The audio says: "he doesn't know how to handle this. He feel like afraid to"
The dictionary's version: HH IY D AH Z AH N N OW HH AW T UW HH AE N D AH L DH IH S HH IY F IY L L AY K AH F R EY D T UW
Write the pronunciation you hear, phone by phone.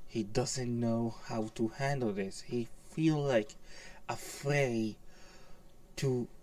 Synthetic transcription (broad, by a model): HH IY D AH Z AH N N OW HH AW T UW HH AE N D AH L DH IH S HH IY F IY L L AY K AH F R EY D T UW